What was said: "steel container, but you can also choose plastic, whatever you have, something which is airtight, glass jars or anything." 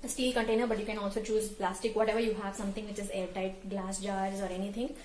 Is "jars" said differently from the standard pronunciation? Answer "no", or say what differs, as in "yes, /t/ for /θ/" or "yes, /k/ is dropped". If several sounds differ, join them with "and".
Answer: no